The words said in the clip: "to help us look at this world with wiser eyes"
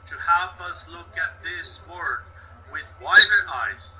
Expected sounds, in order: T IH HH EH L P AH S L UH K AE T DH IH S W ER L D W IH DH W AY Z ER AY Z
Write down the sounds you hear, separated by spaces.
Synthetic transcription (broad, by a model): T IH HH EH L P AH S L UH K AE T DH IH S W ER D W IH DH W AY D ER AY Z